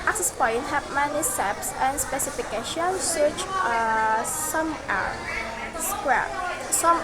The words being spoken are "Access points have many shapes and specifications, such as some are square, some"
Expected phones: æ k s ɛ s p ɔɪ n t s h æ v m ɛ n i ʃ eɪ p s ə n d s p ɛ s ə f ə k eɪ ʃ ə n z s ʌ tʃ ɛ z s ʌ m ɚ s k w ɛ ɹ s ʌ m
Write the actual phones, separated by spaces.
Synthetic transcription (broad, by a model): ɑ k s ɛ s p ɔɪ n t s h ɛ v m ɛ n i s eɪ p s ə n s p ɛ s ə f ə k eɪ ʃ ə n s ʌ tʃ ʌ s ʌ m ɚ s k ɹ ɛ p s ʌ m